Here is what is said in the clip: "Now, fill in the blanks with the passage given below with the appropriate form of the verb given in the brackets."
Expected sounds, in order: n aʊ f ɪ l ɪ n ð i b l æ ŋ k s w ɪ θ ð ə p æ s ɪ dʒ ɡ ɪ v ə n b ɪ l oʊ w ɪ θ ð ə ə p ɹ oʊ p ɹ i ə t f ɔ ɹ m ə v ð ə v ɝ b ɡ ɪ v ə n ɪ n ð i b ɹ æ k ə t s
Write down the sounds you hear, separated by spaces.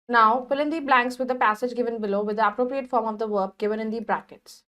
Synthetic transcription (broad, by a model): n aʊ p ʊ l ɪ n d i b l æ ŋ k s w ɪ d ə p æ s ɪ dʒ ɡ ɪ v ə n b ɪ l oʊ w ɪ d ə ə p ɹ oʊ p ɹ i ə t f ɔ ɹ m ə v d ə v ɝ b ɡ ɪ v ə n ɪ n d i b ɹ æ k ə t s